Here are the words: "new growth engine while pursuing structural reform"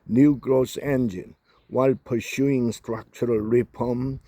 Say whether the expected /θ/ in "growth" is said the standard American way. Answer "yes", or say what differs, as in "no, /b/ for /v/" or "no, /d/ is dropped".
no, /s/ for /θ/